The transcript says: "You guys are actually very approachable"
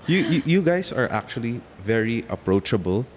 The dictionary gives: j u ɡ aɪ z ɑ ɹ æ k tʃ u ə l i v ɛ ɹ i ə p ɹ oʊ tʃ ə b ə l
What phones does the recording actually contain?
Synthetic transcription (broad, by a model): j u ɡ aɪ s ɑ ɹ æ k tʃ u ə l i v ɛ ɹ i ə p ɹ oʊ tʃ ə b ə l